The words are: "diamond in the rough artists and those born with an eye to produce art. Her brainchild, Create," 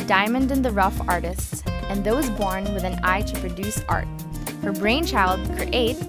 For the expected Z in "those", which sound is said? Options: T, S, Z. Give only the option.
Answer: Z